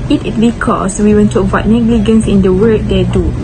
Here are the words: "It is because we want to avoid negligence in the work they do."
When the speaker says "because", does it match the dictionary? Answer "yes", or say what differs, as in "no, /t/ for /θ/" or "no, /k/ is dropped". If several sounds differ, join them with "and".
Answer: no, /s/ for /z/